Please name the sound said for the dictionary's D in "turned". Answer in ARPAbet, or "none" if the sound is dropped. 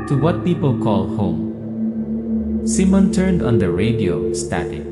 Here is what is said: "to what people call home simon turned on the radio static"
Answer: D